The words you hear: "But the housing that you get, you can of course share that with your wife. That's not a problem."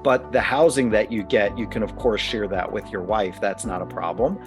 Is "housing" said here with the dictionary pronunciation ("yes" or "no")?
yes